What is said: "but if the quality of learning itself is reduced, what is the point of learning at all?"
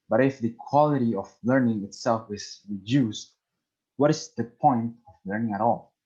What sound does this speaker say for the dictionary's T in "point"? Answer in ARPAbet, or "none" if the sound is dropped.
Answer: T